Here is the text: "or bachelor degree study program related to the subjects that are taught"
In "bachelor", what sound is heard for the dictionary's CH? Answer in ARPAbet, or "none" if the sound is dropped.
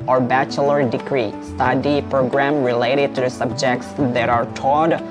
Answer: CH